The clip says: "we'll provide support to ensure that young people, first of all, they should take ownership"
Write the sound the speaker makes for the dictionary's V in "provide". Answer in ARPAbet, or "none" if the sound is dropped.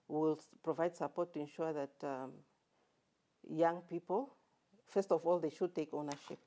V